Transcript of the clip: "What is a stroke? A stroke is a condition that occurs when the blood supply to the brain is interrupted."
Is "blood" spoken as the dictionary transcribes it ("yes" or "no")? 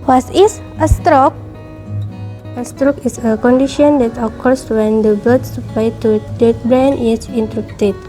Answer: no